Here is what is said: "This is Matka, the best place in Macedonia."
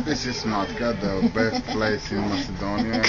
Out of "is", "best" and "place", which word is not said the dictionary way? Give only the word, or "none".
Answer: is